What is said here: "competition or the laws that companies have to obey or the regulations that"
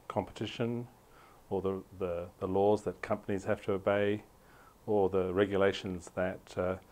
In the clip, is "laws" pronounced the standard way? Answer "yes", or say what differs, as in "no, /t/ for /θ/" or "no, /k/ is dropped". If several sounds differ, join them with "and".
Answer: yes